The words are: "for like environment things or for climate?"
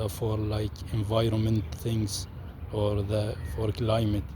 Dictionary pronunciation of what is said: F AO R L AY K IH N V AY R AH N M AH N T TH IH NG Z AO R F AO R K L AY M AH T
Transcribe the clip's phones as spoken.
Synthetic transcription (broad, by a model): F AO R L AY K IH N V AY R AH N M AH N T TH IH NG S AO R F AO R K L AY M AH T